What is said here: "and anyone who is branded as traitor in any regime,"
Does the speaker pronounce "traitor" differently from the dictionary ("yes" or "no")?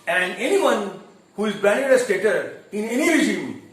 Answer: yes